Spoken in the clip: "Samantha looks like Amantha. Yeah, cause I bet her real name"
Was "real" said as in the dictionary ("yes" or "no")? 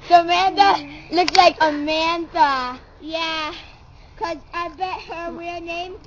no